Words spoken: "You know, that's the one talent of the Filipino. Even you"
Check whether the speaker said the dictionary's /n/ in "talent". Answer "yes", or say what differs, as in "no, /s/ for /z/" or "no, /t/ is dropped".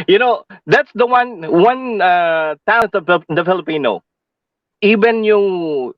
no, /n/ is dropped